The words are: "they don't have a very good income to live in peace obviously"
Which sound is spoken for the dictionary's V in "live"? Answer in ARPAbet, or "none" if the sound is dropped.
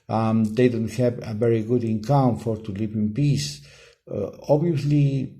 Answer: P